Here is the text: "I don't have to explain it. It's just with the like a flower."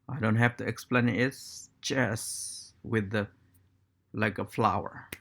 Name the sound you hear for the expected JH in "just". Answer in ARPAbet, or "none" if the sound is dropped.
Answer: CH